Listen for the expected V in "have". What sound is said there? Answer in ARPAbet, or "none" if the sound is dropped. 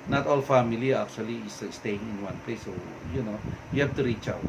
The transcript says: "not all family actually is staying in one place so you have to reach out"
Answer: F